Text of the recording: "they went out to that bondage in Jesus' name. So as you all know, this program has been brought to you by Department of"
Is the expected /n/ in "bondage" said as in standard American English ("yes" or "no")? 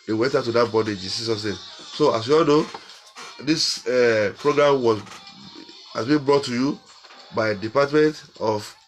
no